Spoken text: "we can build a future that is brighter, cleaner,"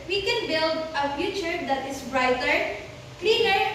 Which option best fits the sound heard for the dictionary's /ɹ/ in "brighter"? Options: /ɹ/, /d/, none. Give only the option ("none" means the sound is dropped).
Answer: /ɹ/